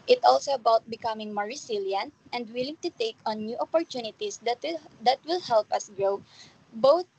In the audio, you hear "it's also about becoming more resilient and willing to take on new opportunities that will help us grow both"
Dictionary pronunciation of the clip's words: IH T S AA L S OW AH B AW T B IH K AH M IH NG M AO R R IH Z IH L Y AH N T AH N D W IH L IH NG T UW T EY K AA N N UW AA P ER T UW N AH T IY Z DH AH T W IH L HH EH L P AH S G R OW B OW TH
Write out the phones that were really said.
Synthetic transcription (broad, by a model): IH T AA L S OW AH B AW T B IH K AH M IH NG M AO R R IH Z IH L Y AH N T AH N D W IH L IH NG T UW T EY K AA N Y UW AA P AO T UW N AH T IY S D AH T W IH L HH EH L P AH S G R OW B OW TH